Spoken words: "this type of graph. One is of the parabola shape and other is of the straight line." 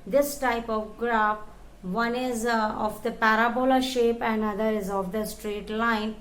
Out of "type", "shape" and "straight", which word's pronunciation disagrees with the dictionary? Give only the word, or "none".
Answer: none